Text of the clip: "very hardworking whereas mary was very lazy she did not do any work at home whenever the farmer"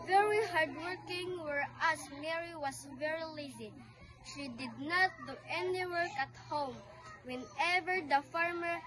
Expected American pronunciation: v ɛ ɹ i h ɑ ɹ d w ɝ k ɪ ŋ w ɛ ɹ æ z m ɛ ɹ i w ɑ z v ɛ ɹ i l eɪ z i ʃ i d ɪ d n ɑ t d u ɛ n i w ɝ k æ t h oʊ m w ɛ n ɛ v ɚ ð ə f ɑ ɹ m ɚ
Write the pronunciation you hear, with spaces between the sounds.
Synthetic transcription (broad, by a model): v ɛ ɹ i h ɑ ɹ d w ɝ k ɪ ŋ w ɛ ɹ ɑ s m ɛ ɹ i w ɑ s v ɛ ɹ i l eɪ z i ʃ i d ɪ d n ɑ t d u ɛ n i w ɝ k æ t h oʊ m w ɛ n ɛ v ɚ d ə f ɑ ɹ m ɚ